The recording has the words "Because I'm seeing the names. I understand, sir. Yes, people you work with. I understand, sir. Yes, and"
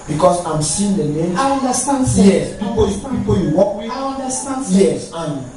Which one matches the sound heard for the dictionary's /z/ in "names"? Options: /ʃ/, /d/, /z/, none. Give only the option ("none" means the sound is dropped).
none